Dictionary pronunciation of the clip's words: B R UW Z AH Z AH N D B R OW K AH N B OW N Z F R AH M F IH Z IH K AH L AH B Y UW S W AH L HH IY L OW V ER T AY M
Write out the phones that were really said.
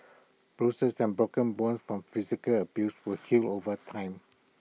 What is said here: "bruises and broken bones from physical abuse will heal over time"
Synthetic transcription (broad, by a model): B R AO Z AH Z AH N B R OW K AH N B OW N S F R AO M F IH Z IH K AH L AH B Y UW S W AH HH IY L OW V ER T AY M